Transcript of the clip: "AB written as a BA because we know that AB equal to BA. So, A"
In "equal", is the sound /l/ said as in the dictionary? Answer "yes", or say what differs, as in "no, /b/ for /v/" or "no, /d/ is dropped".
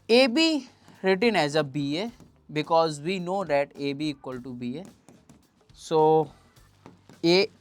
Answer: yes